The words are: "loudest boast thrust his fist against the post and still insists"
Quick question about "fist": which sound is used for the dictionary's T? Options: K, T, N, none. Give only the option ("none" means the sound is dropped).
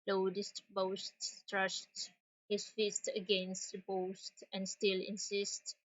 T